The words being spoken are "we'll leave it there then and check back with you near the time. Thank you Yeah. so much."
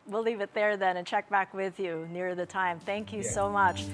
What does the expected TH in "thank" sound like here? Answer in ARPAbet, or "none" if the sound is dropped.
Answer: TH